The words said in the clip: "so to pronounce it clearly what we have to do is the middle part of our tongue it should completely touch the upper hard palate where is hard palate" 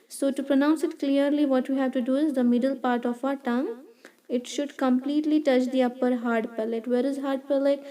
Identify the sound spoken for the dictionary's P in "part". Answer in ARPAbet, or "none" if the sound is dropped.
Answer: P